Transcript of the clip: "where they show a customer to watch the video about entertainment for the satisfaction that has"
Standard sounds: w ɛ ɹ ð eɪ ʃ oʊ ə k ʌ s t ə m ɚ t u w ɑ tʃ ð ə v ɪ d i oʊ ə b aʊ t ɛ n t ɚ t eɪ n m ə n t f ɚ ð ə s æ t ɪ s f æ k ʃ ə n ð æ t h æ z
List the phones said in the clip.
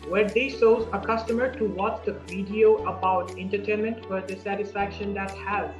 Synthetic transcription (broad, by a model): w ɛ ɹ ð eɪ s oʊ ə k ʌ s t ə m ɚ t u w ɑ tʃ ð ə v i d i oʊ ə b aʊ t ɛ n t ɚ t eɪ n m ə n t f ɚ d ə s æ t ɪ s f æ k ʃ ə n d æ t h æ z